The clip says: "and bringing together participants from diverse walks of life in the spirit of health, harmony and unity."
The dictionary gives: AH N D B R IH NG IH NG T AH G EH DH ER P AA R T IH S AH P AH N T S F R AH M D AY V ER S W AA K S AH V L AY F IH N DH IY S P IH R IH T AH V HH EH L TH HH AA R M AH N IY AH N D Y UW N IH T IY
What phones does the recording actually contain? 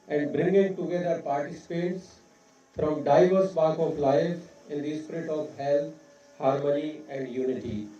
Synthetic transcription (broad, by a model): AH N D B R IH NG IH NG T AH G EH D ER P AA R T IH S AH P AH T S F R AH M D AY V ER S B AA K AH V L AY F IH N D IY S P IH R IH T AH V HH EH L T HH AA R M AH N IY AH N D Y UW N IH T IY